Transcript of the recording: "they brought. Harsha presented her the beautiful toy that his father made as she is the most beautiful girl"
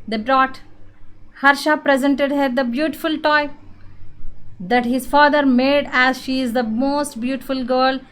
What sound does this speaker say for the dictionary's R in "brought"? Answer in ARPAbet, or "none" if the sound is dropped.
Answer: R